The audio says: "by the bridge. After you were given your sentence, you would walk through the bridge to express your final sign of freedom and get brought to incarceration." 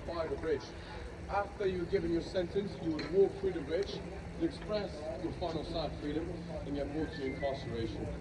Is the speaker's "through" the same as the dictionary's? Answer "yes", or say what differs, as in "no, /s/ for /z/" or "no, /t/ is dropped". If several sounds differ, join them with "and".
no, /f/ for /θ/